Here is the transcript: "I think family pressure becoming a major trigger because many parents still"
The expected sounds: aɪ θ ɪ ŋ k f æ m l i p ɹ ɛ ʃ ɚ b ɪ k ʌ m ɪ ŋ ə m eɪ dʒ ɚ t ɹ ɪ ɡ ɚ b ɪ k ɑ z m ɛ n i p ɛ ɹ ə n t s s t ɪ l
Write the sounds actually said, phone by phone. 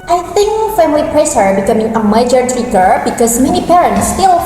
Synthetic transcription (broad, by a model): aɪ θ ɪ ŋ k f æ m l i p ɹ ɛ s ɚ b ɪ k ʌ m ɪ ŋ ə m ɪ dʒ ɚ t ɪ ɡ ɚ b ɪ k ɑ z m ɛ n i p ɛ ɹ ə n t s s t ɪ l